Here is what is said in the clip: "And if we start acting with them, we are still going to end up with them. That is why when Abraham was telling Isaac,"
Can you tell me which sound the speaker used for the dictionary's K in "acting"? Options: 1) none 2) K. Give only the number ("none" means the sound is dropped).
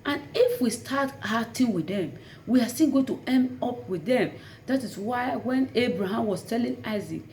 1